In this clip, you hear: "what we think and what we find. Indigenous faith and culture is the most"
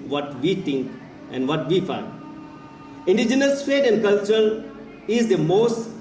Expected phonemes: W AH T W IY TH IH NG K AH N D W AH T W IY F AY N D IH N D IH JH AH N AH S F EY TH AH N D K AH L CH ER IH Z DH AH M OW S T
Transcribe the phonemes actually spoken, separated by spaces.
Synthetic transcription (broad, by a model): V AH T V IY T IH NG K AH N D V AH T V IY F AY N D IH N D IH JH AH N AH S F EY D AH N D K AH L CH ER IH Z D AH M OW S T